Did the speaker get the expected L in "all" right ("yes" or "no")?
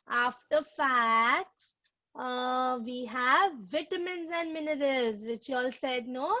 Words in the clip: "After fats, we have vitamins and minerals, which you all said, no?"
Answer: yes